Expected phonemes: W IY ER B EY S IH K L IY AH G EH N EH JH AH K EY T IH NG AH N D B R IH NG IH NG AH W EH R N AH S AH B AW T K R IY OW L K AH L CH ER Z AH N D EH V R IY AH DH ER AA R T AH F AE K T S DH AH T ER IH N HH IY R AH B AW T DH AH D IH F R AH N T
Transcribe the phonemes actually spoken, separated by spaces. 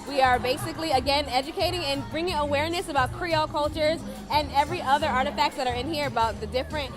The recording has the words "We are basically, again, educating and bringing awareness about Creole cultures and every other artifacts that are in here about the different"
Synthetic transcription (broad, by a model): W IY ER B EY S IH K L IY AH G EH N EH JH AH K EY T IH NG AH N B R IH NG IH NG AH W EH R N AH S AH B AW T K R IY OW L K AH L CH ER Z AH N EH V R IY AH DH ER AA R T AH F AE K T S DH AH T ER IH N HH IY R AH B AW T DH AH D IH F R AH N T